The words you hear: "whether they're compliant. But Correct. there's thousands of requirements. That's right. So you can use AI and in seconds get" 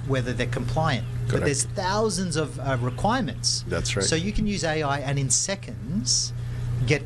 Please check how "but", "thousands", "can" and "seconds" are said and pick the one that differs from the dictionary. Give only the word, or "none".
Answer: none